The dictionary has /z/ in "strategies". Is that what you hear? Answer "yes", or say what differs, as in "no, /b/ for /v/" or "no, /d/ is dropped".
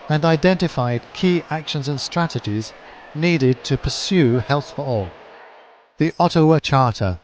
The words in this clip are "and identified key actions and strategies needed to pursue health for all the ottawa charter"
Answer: yes